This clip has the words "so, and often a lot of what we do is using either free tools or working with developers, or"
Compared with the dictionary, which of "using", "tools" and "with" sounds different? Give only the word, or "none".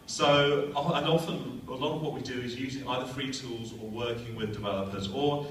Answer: none